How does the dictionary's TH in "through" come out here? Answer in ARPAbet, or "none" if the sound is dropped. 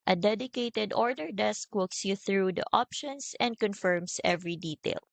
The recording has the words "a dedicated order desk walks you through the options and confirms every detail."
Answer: TH